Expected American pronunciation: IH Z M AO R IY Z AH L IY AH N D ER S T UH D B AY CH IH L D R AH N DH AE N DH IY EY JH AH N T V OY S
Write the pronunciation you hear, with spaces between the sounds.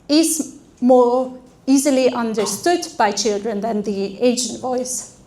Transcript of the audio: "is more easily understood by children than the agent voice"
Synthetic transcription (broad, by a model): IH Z M AO R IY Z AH L IY AH N D ER S T UH D B AY CH IH L D R AH N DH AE N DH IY EY SH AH N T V OY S